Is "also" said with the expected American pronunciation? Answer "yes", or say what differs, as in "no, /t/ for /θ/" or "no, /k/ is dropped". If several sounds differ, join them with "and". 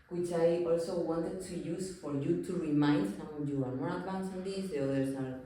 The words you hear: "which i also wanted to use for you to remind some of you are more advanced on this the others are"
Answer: yes